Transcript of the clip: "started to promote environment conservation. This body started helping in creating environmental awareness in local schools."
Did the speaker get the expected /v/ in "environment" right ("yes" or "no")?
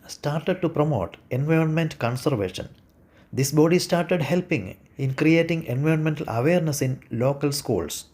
yes